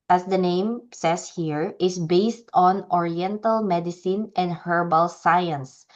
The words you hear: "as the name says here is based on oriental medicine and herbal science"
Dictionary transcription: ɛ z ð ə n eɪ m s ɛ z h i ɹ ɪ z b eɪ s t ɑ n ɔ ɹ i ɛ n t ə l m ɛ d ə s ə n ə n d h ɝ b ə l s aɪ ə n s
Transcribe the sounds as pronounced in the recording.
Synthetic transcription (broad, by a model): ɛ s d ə n eɪ m s ɛ s h i ɹ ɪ s b eɪ s t ɑ n ɔ ɹ i ɛ n t ə l m ɛ d ə s ə n ə n d h ɝ b ə l s aɪ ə n s